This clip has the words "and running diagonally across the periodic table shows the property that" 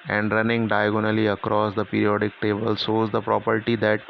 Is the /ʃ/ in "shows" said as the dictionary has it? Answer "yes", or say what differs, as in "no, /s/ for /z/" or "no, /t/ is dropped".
no, /s/ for /ʃ/